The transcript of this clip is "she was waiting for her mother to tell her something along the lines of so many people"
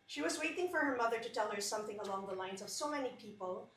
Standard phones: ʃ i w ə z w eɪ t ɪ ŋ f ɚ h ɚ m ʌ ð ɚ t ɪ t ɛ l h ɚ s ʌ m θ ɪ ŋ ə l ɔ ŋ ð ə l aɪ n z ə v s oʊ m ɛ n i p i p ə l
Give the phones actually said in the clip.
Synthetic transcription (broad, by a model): ʃ i w ə z w eɪ t ɪ ŋ f ɚ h ɚ m ʌ ð ɚ t ɪ t ɛ l h ɚ s ʌ m θ ɪ ŋ ə l ɔ ŋ ð ə l aɪ n z ə v s oʊ m ɛ n i p i p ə l